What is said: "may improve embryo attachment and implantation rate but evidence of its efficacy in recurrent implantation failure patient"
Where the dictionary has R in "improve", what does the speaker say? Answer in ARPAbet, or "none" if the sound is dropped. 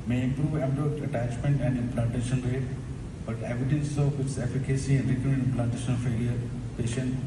R